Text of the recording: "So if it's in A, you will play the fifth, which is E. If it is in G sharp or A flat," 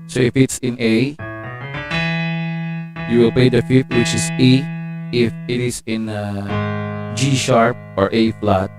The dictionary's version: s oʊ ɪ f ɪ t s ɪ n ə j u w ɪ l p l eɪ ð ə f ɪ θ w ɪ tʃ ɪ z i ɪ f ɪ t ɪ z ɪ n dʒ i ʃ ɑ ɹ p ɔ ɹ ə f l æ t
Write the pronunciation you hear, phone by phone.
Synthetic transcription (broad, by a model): s oʊ ɪ f ɪ t s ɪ n ə j u w ɪ l p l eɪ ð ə f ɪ t w ɪ tʃ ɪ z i ɪ f ɪ t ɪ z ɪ n dʒ i ʃ ɑ ɹ p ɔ ɹ ə f l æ t